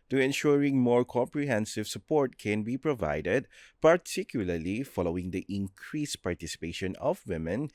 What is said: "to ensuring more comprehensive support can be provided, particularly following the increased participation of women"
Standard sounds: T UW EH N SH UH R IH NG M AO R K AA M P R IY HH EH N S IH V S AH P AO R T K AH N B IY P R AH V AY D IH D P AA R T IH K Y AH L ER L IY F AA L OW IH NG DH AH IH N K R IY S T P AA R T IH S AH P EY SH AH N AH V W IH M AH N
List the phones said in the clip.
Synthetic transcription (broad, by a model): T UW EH N SH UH R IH NG M AO R K AA M P R IY HH EH N S IH V S AH P AO R T K AH N B IY P R AH V AY D IH D P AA R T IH K Y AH L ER L IY F AA L OW IH NG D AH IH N K R IY S P AA R T IH S AH P EY SH AH N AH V W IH M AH N